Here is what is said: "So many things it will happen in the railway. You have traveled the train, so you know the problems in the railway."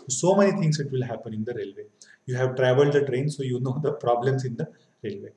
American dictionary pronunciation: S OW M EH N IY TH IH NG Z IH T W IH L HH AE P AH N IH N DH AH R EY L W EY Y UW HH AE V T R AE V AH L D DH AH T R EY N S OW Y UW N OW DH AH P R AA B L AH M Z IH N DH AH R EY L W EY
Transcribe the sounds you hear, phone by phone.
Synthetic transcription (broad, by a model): S OW M EH N IY T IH NG S IH T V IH L HH AE P AH N IH N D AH R EY L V EY Y UW HH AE V T R AE V AH L D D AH T R EY N S OW Y UW N OW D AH P R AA B L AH M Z IH N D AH R EY L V EY